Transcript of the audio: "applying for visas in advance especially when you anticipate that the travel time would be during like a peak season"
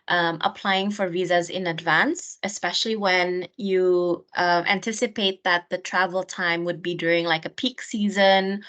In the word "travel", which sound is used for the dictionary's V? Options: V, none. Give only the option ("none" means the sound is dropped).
V